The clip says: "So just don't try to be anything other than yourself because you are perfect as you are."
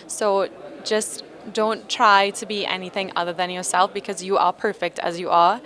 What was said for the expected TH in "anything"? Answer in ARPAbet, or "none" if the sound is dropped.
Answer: TH